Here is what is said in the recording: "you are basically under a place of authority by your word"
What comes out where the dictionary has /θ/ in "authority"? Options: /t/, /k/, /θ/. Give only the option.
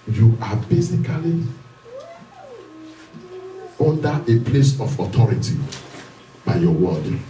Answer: /t/